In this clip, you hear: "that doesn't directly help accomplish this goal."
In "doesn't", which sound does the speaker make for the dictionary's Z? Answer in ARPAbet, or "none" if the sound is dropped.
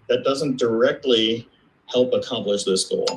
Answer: Z